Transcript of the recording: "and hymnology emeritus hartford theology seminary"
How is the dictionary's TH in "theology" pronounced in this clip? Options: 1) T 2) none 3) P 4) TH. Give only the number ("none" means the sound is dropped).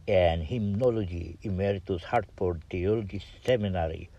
1